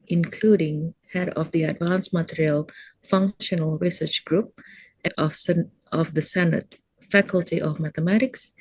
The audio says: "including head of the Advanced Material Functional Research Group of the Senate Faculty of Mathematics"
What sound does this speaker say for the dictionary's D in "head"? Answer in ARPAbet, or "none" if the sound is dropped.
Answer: D